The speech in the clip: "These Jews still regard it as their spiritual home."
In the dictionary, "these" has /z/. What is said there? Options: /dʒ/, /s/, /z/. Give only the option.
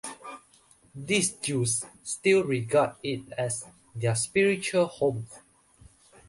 /s/